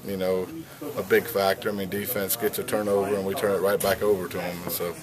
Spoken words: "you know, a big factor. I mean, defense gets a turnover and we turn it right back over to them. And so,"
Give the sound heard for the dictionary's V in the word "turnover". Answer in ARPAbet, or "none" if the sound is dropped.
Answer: V